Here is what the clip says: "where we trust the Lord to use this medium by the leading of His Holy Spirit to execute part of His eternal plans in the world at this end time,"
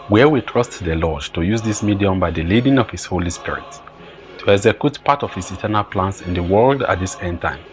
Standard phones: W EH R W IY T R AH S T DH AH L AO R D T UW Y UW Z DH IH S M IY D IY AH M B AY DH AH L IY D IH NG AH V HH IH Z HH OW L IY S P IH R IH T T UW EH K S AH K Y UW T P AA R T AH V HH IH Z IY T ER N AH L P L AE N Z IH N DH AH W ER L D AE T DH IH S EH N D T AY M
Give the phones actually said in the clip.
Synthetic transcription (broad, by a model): W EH W IY T R AH S T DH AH L AO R D T UW Y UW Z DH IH S M IY D IY AH M B AY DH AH L IY D IH NG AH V HH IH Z HH OW L IY S P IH R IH T T UW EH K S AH K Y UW T P AA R T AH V HH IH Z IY T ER N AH L P L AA N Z IH N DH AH W ER L D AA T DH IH S EH N D T AY M